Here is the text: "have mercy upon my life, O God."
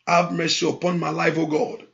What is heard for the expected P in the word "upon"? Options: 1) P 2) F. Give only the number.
1